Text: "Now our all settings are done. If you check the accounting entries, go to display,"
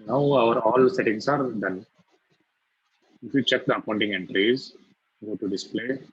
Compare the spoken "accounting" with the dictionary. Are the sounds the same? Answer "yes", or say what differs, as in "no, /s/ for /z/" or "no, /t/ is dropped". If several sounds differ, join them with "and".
no, /k/ is dropped